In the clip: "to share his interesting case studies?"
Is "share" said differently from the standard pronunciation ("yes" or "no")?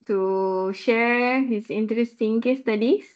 no